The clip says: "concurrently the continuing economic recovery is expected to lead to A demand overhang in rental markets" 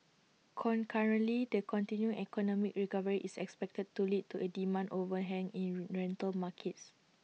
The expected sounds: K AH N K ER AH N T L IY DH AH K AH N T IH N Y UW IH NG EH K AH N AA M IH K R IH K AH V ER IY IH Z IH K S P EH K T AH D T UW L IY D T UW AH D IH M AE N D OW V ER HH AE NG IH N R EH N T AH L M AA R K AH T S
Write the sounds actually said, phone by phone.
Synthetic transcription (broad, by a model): K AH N K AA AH N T L IY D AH K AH N T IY N Y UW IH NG EH K AH N AA M IH K R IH K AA V ER IY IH S IH K S P EH K T AH D T UW L IY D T UW AH D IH M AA N D OW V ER HH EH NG IH N R EH N T AH L M AA K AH T S